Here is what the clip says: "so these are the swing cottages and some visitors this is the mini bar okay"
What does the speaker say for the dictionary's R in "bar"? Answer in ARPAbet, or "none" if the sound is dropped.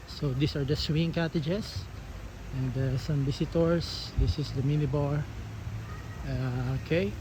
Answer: R